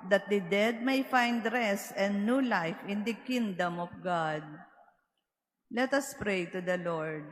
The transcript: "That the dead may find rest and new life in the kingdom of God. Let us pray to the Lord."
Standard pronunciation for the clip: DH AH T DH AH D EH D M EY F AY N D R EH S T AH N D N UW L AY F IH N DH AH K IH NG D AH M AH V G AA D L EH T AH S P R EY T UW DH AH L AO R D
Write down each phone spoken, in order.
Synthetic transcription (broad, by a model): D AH T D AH D EH D M EY F AY N D R EH S AH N N UW L AY F IH N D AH K IH NG D AH M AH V G AA D L EH T AH S P R EY T UW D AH L AO R D